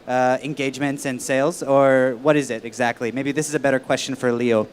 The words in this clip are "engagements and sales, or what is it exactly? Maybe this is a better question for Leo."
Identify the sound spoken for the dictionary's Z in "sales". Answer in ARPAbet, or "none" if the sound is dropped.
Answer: Z